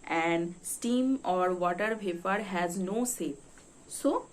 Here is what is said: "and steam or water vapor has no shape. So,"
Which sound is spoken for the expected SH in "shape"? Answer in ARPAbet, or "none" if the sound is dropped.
S